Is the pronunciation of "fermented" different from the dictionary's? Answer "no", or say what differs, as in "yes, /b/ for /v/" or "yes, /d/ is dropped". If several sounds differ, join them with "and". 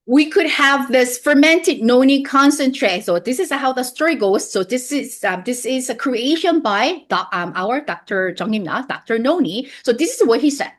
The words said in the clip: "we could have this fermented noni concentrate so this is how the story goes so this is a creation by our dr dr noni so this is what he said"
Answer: no